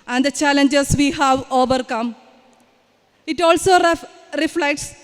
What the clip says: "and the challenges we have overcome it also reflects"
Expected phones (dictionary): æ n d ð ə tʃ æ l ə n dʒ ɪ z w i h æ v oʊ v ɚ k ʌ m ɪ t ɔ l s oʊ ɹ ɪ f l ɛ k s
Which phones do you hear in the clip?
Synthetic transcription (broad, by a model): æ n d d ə tʃ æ l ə n dʒ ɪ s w i h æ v oʊ v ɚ k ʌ m ɪ t ɔ l s oʊ ɹ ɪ f l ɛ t s